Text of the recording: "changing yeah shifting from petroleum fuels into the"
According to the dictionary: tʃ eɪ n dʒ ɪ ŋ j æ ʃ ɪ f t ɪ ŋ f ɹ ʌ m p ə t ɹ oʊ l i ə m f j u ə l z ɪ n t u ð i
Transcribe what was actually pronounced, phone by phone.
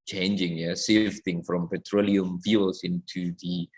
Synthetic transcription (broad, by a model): tʃ eɪ n dʒ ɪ ŋ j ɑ s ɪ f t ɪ ŋ f ɹ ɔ m p ə t ɹ oʊ l i ə m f j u l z ɪ n t u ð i